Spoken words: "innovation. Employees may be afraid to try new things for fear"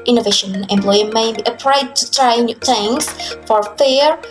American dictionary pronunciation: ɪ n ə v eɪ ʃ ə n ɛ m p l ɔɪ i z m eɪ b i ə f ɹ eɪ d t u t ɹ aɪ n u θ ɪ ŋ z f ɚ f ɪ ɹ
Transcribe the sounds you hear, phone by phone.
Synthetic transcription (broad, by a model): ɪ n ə v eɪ ʃ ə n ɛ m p l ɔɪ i m eɪ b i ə p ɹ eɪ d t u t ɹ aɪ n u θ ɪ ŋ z f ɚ f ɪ ɹ